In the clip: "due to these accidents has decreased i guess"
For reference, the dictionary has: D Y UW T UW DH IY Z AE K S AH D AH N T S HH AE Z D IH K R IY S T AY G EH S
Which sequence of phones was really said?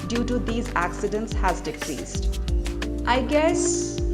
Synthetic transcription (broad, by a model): D Y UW T UW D IY Z AE K S AH D AH N T S HH AE Z D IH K R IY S T AY G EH S